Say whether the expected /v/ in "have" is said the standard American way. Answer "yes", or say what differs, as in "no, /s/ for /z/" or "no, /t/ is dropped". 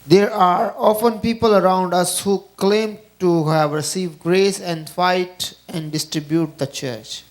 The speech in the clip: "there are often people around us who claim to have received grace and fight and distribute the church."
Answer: yes